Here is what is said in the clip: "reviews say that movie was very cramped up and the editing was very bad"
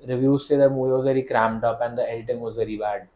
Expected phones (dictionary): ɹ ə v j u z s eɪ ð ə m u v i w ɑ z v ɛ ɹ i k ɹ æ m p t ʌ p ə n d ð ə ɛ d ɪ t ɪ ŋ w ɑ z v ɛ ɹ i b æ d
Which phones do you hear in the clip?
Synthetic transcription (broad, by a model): ɹ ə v j u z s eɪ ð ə m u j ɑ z v ɛ ɹ i k ɹ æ m t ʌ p ə n d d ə ɛ d ɪ t ɪ ŋ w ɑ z v ɛ ɹ i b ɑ d